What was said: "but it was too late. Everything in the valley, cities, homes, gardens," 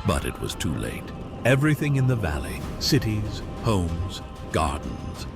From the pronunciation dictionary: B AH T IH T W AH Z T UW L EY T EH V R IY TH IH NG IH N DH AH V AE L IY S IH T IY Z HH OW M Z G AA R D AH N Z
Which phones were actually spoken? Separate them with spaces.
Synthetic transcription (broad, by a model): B AH T IH T W AH Z T UW L EY T EH V R IY TH IH NG IH N DH AH V AE L IY S IH T IY Z HH OW M Z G AA R D N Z